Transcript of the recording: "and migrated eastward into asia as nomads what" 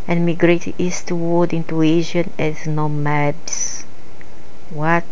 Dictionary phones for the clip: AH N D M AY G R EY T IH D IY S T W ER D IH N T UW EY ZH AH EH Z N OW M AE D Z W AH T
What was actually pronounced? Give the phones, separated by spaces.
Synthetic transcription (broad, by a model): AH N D M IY G R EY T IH IY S T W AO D IH N T UW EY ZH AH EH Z N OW M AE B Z W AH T